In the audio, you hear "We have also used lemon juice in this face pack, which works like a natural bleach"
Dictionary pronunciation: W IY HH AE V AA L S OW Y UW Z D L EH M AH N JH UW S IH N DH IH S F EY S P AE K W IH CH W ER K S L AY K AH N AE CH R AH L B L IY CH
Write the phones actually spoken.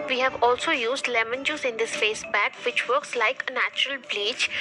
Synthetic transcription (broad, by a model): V IY HH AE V AA L S OW Y UW Z D L EH M AH N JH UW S IH N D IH S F EY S B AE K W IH CH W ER K S L AY K AH N AE CH R AH L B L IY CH